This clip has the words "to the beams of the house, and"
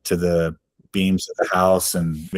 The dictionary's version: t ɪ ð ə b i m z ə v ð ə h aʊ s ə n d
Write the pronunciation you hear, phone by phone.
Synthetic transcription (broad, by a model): t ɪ ð ə b i m z ə v ð ə h aʊ s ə n